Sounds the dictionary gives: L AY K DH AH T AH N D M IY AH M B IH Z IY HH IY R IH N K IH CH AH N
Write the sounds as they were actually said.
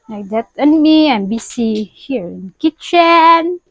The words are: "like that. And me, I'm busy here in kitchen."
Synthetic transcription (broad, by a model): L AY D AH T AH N M IY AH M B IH S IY HH IY R IH N K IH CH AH N